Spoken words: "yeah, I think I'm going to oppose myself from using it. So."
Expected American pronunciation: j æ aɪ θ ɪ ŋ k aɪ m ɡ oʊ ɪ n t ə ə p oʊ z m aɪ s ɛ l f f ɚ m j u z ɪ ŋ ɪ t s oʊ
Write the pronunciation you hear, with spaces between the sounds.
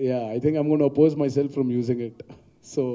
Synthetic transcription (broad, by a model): j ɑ aɪ t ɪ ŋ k aɪ m ɡ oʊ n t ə ə p oʊ z m aɪ s ɛ l f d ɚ m j u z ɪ ŋ ɪ t s oʊ